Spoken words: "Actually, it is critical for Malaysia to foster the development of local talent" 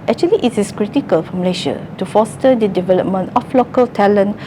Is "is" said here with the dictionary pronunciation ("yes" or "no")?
no